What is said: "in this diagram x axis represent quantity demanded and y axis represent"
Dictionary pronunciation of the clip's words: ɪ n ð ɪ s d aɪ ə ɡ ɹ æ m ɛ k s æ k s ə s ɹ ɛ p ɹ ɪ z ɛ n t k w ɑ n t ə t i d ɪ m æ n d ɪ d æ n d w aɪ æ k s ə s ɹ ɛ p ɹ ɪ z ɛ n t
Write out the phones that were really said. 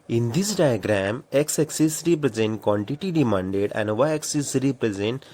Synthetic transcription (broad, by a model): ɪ n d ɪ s d aɪ ə ɡ ɹ æ m ɛ k s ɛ k s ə s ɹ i p ɹ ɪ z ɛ n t k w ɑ n t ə t i d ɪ m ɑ n d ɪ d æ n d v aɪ k s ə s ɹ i p ɹ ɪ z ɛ n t